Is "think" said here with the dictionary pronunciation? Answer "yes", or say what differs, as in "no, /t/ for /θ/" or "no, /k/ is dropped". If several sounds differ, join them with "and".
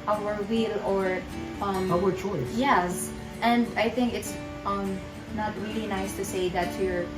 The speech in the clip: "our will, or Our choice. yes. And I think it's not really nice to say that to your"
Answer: yes